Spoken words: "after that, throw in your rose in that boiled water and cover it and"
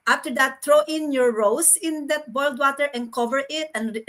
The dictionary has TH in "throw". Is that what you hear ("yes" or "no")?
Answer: no